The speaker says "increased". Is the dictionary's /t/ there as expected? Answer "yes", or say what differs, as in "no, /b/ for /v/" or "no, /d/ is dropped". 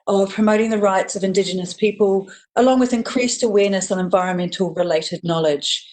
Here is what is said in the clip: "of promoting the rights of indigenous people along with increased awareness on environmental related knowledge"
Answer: yes